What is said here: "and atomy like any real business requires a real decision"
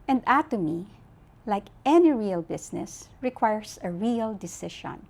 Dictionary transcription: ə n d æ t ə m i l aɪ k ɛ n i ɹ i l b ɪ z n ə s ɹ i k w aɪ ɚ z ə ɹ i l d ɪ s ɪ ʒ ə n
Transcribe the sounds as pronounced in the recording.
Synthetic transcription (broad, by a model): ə n d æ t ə m i l aɪ k ɛ n i ɹ i l b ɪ s n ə s ɹ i k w aɪ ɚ s ə ɹ i l d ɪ s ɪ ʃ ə n